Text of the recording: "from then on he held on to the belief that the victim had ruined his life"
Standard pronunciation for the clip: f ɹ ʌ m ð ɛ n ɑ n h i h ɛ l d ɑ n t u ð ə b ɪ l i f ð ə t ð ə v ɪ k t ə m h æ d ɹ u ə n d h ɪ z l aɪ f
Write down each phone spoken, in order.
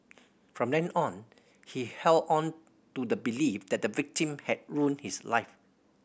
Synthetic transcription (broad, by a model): f ɹ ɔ m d ɛ n ɑ n h i h ɛ l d ɑ n t u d ə b ɪ l i f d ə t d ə v ɪ k t ə m h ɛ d ɹ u n h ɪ s l aɪ f